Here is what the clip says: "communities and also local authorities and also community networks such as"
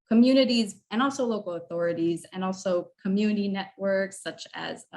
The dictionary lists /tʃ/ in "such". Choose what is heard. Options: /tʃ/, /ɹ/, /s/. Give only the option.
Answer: /tʃ/